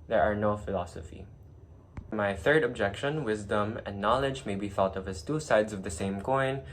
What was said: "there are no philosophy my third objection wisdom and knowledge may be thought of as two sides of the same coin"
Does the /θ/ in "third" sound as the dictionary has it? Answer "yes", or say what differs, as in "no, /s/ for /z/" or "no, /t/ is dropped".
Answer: yes